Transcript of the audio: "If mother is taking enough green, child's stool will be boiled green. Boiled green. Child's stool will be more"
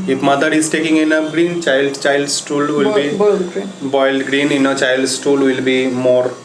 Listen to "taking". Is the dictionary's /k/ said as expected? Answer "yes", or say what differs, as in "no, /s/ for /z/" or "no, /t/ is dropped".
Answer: yes